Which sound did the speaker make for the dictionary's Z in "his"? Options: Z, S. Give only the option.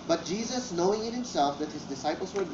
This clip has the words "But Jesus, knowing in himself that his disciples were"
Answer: Z